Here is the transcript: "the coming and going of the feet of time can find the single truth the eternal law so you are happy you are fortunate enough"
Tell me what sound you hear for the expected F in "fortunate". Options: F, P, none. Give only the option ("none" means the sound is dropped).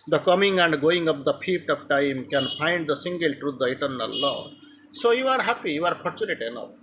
P